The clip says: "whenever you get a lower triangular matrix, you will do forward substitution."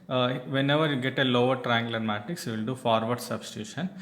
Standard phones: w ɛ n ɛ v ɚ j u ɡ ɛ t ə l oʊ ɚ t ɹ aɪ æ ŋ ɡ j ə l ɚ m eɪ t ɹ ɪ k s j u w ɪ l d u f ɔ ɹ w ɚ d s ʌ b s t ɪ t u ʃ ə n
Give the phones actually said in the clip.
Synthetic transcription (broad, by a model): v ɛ n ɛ v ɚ j u ɡ ɛ t ə l oʊ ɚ t ɹ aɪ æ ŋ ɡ l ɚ m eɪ t ɪ k s j u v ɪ l d u f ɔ ɹ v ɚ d s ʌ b s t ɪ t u ʃ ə n